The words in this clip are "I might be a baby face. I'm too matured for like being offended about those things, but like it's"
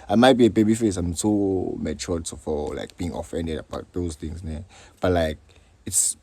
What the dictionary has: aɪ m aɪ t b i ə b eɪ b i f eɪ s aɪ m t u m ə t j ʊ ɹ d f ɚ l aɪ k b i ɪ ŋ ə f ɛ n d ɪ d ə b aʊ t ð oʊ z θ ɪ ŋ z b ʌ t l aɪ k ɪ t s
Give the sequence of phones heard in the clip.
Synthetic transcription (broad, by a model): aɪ m aɪ t b i ə b eɪ b i f eɪ s aɪ m s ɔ m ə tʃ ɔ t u f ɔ l aɪ k b i ɪ ŋ ə f ɛ n d ɪ d ə b aʊ t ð oʊ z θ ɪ ŋ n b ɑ t l aɪ k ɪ t s